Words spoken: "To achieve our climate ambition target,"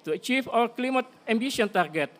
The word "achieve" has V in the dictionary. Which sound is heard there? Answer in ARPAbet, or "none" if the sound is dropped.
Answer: F